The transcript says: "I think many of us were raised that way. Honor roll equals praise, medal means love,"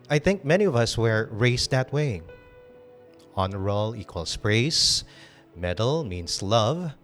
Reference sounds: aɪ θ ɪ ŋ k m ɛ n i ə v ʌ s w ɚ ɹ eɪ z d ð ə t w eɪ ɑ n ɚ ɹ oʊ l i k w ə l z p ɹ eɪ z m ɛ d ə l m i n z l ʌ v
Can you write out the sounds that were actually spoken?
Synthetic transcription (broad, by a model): aɪ θ ɪ ŋ k m ɛ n i ə v ʌ s w ɚ ɹ eɪ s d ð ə t w eɪ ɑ n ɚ ɹ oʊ l i k w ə l s p ɹ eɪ s m ɛ d ə l m i n s l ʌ v